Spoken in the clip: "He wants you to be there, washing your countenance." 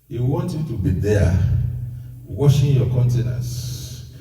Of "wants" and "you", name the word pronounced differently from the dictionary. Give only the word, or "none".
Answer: wants